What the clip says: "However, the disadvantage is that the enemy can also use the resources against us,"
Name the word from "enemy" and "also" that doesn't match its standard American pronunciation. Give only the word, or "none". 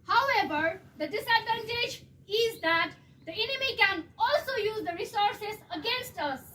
none